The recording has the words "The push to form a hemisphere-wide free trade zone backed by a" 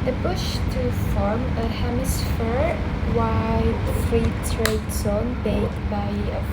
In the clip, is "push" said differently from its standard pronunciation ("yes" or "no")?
yes